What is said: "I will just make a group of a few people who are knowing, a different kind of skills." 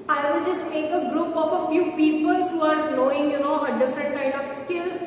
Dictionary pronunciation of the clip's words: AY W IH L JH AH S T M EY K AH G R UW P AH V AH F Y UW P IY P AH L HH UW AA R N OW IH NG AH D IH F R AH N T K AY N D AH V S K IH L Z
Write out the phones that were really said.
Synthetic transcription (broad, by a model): AY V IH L JH AH S T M EY K AH G R UW P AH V AH F Y UW P IY P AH L HH UW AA R L OW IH NG AH D IH F R AH N T K AY N D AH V S K IH L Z